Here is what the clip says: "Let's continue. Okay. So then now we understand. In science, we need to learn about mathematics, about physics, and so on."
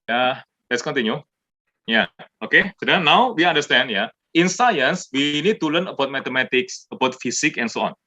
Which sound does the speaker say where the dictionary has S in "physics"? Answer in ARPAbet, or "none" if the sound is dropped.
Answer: none